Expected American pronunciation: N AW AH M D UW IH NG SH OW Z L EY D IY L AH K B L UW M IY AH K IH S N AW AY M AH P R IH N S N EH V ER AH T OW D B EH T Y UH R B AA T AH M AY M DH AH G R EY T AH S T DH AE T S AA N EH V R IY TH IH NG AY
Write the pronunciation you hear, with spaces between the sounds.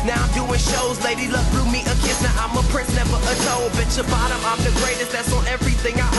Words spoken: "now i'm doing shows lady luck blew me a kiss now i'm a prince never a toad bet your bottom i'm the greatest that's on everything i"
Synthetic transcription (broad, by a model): N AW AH D UW IH NG SH OW Z L EY D IY L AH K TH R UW M IY AH K IH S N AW AY M AH P R IH N S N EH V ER AH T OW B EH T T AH B AA T AH M AY M DH AH G R EY T AH S T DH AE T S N EH V R IY TH IH NG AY